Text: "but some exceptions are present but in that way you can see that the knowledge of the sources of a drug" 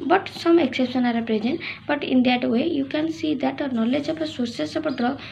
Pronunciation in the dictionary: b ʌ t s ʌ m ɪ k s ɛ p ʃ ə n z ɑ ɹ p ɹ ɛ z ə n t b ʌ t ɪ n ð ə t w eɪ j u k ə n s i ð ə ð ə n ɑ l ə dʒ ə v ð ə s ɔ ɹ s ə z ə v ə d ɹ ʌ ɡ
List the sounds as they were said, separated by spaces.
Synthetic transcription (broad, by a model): b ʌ t s ʌ m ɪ k s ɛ p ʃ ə n ɑ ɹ p ɹ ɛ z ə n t b ʌ t ɪ n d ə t w eɪ j u k ə n s i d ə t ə n ɑ l ə dʒ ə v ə s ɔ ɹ s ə s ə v ə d ɹ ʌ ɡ